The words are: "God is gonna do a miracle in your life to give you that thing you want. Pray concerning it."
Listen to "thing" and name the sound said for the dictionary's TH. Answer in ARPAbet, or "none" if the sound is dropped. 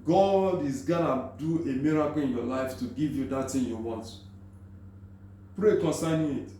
T